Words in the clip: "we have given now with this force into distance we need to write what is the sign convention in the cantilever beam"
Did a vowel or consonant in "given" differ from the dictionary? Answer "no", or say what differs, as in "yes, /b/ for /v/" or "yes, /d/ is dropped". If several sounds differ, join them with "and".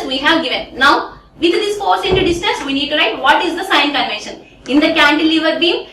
no